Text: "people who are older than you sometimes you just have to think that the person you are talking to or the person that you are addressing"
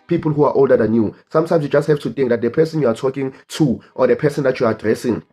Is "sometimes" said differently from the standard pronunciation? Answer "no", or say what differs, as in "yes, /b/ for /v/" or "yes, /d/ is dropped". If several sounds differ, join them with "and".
yes, /s/ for /z/